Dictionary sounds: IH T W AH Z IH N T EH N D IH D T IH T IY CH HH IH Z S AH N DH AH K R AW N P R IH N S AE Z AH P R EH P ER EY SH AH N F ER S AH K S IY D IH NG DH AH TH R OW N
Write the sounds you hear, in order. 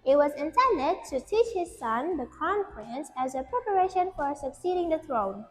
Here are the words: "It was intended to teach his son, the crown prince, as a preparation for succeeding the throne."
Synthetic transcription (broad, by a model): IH T W AH Z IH N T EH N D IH T IH T IY CH HH IH Z S AH N DH AH K AW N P R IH N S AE Z AH P R EH P ER EY SH AH N F ER S AH K S IY D IH NG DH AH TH R OW N